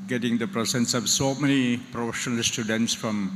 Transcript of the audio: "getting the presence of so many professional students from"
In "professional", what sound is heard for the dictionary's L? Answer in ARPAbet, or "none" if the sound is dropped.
L